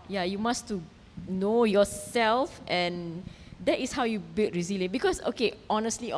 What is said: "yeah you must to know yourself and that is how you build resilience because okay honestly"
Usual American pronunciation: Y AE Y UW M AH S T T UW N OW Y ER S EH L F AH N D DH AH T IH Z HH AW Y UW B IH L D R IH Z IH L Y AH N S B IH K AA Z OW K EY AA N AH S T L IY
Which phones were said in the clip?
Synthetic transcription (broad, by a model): Y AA Y UW M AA S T T UW N OW Y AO S EH L F AH N D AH T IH S HH AW Y UW B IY L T R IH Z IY L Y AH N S B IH K AA S OW K EY AA N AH S T L IY